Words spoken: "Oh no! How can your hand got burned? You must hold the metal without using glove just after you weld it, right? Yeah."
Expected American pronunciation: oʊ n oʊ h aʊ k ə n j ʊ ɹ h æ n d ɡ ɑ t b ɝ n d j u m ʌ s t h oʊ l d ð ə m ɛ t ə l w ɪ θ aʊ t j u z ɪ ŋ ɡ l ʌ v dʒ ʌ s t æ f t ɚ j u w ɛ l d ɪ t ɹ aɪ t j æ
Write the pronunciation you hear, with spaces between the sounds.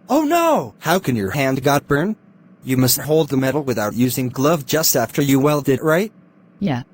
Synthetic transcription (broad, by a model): oʊ n oʊ h aʊ k ə n j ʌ ɹ h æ n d ɡ ɑ t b ɝ n j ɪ m ʌ s t h oʊ l d ð ə m ɛ t l w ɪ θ aʊ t j u z ɪ ŋ ɡ l ʌ v dʒ ʌ s t æ f t ɚ j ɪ w ɛ l d ɪ t ɹ aɪ t j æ